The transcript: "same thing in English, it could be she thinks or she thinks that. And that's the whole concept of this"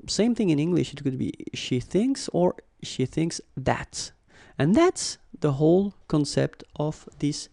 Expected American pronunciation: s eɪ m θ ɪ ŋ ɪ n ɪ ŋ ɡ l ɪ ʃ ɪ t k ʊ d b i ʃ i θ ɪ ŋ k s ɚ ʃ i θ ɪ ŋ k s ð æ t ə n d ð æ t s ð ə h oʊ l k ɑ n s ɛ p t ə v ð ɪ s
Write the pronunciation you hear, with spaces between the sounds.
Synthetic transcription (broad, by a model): s eɪ m θ ɪ ŋ ɪ n ɪ ŋ ɡ l ɪ ʃ ɪ t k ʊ d b i ʃ i θ ɪ ŋ k s ɚ ʃ i θ ɪ ŋ k s ð æ t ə n ð æ t s ð ə h oʊ l k ɑ n s ɛ p t ə v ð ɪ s